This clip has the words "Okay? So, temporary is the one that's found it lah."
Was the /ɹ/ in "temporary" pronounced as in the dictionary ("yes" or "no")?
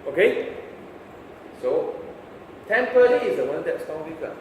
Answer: no